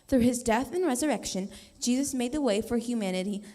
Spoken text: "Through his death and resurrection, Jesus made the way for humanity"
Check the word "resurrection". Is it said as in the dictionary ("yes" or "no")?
yes